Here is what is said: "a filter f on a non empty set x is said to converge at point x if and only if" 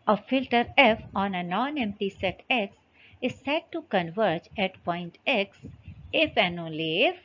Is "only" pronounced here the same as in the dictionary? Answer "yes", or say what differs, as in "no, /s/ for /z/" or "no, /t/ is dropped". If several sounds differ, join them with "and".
no, /n/ is dropped